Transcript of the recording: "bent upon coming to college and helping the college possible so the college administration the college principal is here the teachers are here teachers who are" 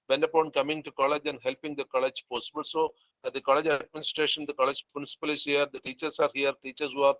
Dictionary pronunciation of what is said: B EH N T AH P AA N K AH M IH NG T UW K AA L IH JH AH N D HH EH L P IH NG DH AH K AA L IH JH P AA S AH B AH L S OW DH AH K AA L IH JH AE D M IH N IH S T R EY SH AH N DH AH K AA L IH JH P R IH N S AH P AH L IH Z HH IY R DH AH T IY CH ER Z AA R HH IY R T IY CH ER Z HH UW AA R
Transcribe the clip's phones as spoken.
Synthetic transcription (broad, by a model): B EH N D AH P AA N K AH M IH NG T UW K AA L IH JH AH N D HH EH L P IH NG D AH K AA L IH JH P AA S AH B AH L S OW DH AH K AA L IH JH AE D M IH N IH S T R EY SH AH N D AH K AA L IH JH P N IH S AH P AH L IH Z HH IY R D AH T IY CH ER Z AA R HH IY R T IY CH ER S HH UW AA R